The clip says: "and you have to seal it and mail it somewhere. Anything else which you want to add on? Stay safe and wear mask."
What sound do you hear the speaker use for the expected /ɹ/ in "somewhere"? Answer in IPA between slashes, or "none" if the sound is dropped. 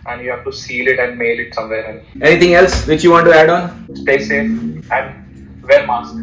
/l/